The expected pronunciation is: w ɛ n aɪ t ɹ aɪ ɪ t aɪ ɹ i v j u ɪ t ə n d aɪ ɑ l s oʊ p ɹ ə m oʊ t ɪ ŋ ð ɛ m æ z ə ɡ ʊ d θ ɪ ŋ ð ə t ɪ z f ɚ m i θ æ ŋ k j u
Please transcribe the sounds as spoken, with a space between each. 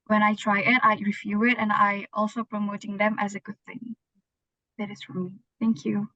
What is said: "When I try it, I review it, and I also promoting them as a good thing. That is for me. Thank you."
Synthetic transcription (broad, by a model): w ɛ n aɪ t ɹ aɪ ɪ t aɪ ɹ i f j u ɪ t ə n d aɪ ɑ l s oʊ p ɹ ə m oʊ t ɪ ŋ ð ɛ m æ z ə ɡ ʊ d θ ɪ ŋ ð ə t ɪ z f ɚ m i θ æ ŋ k j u